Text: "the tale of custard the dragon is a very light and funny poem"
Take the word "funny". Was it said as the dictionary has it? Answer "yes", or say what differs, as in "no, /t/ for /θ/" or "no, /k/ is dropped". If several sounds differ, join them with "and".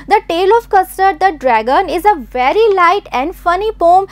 yes